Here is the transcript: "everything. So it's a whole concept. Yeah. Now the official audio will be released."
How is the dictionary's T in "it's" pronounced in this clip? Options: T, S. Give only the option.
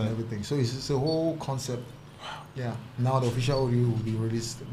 S